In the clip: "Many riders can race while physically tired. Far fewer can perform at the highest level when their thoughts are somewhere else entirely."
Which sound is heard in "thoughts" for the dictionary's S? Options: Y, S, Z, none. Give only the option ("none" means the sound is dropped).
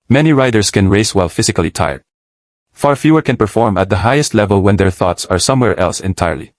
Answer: S